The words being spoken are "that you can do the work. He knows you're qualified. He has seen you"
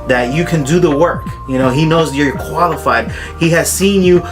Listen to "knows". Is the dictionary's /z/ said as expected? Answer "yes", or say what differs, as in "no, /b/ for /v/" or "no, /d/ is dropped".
yes